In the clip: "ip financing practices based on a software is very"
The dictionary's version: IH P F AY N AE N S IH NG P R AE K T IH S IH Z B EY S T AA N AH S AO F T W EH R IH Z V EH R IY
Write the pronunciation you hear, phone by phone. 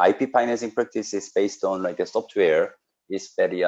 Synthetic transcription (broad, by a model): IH P P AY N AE S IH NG P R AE K T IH S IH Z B EY S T AA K AH S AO P T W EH R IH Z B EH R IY